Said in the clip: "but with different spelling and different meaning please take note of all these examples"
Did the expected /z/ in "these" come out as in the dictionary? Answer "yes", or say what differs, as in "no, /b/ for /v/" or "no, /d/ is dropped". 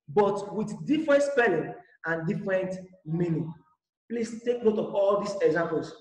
no, /s/ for /z/